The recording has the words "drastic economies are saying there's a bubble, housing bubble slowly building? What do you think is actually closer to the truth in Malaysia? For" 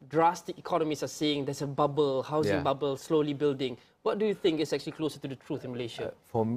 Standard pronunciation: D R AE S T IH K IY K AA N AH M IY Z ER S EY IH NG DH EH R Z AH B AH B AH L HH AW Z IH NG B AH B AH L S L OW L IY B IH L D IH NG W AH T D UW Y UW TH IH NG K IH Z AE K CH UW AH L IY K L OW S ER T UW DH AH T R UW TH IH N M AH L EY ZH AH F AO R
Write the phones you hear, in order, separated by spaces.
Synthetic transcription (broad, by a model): D R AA S T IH K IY K AA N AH M IY S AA S EY IH NG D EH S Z AH B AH B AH L HH AW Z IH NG B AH B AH L S L OW L IY B IH L D IH NG W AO T D UW Y UW TH IH NG K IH S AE K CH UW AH L IY K L OW S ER T UW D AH T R UW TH IH N M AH L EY SH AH F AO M